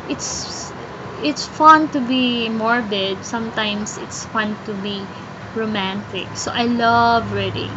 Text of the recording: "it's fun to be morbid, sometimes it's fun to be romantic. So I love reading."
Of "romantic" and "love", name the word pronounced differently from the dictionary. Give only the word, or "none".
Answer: none